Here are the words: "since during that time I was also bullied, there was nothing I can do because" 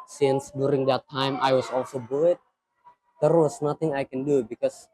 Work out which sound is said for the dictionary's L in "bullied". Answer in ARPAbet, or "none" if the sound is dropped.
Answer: none